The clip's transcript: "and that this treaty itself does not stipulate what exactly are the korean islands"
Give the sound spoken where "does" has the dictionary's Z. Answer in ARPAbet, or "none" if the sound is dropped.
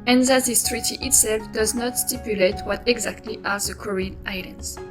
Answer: Z